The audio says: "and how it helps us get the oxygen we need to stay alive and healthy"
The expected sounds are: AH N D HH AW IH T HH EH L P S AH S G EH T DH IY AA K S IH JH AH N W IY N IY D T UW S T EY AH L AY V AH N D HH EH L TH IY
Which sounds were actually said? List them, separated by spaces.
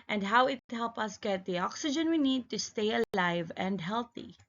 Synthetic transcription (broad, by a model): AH N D HH AW IH T HH EH L P AH S G EH T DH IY AA K S IH JH AH N W IY N IY D T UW S T EY AH L AY V AH N D HH EH L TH IY